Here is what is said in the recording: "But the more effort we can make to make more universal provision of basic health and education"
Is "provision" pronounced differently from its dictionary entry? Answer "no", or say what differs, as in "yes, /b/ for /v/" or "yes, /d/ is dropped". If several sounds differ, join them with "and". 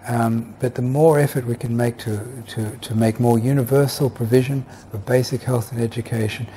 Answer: no